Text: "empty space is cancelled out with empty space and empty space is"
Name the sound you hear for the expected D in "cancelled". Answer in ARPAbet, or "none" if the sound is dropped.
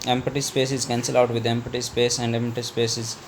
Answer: none